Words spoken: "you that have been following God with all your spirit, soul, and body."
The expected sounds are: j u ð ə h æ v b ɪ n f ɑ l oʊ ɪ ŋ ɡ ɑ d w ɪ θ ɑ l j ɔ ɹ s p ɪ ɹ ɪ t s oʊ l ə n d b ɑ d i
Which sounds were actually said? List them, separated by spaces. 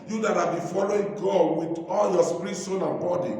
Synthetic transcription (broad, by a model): j u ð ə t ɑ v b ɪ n f ɑ l oʊ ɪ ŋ ɡ ɑ d w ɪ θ ɑ l j ɔ s p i ɹ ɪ t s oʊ n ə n b ɑ d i